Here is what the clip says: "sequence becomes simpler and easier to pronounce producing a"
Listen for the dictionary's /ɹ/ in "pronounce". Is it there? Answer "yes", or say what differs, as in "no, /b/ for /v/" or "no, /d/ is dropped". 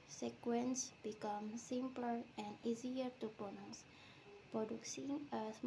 no, /ɹ/ is dropped